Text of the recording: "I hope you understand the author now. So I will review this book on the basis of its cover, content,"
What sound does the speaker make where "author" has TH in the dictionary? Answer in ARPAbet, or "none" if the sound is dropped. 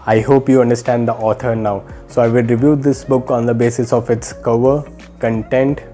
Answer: T